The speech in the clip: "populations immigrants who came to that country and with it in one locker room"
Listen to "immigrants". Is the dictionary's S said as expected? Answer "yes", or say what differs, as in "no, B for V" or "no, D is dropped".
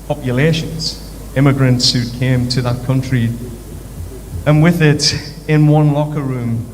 yes